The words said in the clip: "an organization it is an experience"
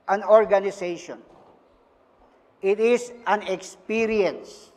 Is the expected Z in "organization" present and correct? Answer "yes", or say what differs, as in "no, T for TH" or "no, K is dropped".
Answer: no, S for Z